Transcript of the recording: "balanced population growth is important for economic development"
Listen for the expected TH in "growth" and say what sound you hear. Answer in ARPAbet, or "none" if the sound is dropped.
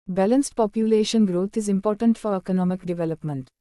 T